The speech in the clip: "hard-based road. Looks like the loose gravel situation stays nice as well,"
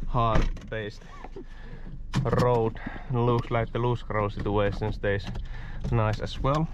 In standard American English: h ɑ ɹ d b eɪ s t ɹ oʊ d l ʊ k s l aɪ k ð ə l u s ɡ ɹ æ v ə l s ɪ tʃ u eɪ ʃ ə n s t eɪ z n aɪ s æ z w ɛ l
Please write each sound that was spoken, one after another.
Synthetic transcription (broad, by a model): h ɑ ɹ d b eɪ s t ɹ oʊ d l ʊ k s l aɪ k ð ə l u s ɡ ɹ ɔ ə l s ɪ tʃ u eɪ s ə n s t eɪ s n aɪ s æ s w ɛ l